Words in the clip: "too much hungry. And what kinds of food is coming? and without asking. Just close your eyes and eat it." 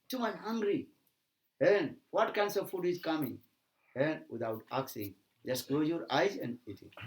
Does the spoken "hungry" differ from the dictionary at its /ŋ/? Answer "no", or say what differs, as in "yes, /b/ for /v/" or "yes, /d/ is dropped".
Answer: no